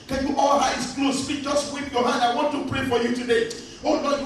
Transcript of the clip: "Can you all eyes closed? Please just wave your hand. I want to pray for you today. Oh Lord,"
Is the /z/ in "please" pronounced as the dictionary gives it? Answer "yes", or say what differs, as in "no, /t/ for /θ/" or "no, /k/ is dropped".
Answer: no, /z/ is dropped